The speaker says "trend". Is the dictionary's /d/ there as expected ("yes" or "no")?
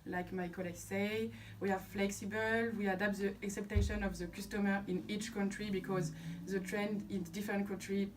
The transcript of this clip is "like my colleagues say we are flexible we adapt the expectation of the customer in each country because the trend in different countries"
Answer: yes